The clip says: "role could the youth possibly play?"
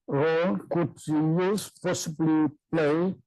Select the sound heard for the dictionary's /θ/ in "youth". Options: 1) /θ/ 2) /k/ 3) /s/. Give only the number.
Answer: 3